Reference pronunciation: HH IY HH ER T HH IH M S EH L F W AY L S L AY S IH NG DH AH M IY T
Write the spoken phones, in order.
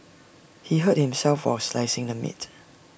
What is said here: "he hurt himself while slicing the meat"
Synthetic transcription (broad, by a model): HH IY HH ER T HH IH M S EH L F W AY S L AY S IH NG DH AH M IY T